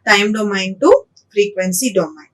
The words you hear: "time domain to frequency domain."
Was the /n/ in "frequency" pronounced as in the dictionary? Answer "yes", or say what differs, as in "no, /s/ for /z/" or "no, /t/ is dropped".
yes